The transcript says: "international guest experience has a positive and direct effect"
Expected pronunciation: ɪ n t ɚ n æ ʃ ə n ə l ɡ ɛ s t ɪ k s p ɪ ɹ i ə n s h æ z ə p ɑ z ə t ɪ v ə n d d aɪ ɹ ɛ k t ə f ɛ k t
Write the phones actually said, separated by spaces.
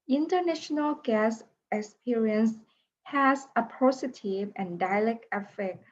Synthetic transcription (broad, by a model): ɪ n t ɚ n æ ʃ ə n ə l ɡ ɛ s ɪ k s p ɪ ɹ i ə n s h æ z ə p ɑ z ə t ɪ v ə n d d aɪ l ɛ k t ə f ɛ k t